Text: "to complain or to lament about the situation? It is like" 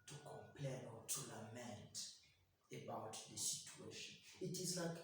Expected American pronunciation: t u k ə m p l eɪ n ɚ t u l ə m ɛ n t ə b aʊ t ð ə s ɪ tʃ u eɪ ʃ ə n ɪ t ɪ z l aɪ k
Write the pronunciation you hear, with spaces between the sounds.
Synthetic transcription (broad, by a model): t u k ə m p l eɪ n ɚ t u l ə m ɛ n t ə b aʊ t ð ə s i tʃ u eɪ ʃ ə n ɪ t ɪ z l aɪ k